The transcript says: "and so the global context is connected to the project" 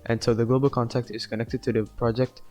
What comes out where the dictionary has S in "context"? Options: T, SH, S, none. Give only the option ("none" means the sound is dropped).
none